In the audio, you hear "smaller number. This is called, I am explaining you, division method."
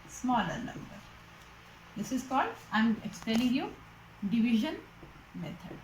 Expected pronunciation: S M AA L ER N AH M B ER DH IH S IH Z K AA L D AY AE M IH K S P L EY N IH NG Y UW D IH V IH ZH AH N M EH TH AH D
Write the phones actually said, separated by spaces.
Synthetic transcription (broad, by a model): S M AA L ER N AH M B ER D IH S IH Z K AA L D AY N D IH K S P EY L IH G Y UW D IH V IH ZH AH N M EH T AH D